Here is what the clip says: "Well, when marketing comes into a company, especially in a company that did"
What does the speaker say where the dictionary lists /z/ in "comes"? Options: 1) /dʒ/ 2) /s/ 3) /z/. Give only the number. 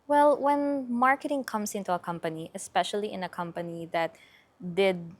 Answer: 2